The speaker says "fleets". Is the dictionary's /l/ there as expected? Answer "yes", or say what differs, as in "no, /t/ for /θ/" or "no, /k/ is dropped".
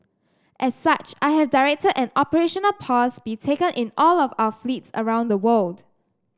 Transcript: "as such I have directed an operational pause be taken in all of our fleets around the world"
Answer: yes